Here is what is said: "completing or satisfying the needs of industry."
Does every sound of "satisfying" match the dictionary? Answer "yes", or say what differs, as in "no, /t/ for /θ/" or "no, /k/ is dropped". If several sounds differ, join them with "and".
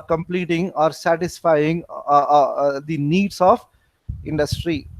yes